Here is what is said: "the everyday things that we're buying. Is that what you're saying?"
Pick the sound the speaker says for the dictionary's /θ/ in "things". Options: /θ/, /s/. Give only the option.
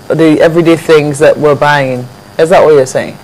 /θ/